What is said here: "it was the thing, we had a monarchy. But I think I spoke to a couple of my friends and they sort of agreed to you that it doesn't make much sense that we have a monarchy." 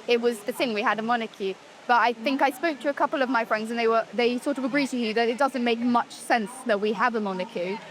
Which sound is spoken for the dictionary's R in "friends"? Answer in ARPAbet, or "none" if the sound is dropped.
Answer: R